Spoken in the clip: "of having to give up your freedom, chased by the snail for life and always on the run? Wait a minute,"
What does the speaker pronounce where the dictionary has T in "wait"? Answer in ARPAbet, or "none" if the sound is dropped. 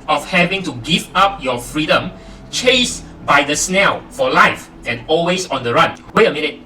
none